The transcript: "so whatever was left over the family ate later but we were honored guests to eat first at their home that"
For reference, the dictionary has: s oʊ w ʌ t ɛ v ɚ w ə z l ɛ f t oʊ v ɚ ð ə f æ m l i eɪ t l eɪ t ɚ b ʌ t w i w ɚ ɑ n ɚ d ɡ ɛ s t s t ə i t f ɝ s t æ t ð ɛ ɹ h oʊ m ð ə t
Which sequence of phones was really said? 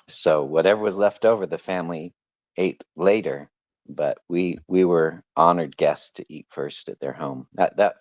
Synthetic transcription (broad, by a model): s oʊ w ʌ t ɛ v ɚ w ə z l ɛ f t oʊ v ɚ ð ə f æ m l i eɪ t l eɪ t ɚ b ʌ t w i w ɚ ɑ n ɚ d ɡ ɛ s t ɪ t i t f ɝ s t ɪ t ð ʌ ɹ h oʊ m ð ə t